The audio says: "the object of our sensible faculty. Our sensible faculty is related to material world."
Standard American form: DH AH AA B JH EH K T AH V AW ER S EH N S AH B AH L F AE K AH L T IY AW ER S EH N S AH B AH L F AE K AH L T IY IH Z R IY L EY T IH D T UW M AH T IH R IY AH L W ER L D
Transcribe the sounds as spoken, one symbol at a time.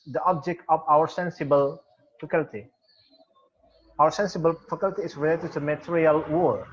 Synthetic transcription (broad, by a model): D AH AA B JH EH K T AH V AW ER S EH N S AH B AH L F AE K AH L T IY AW ER S EH N S AH B AH L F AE K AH L T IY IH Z R IY L EY T IH D T UW M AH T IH R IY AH L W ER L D